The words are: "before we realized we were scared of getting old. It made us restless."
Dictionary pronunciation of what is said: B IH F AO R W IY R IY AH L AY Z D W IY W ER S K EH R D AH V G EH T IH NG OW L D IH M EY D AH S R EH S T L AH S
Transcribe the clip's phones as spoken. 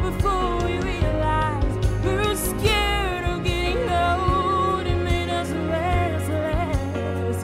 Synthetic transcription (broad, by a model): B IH F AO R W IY R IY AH L AY Z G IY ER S K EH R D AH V G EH T IH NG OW D IH M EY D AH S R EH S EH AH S